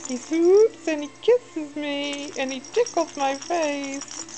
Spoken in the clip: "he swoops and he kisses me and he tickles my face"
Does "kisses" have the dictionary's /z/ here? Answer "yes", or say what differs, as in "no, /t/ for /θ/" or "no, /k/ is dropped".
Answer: yes